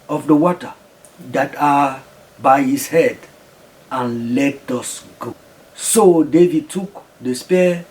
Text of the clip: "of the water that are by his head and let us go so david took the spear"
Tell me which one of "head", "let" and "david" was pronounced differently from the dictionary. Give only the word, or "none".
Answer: none